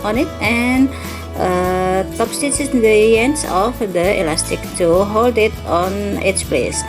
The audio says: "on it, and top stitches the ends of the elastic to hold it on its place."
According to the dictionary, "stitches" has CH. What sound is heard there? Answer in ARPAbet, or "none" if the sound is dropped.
S